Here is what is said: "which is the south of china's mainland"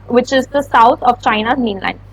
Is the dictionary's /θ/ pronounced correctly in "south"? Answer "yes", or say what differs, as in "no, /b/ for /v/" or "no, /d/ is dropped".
no, /t/ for /θ/